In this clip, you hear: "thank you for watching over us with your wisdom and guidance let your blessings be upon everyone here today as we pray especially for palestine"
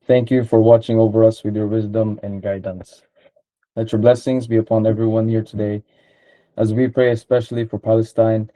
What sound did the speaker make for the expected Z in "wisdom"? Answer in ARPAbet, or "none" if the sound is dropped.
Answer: Z